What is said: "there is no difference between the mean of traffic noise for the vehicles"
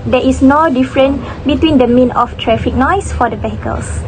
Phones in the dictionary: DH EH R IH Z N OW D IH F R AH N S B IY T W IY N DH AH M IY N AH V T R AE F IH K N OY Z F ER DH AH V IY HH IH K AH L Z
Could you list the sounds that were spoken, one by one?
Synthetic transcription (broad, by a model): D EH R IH S N OW D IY F R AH N B IY T W IY N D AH M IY N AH F T R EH F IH K N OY S F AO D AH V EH HH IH K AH L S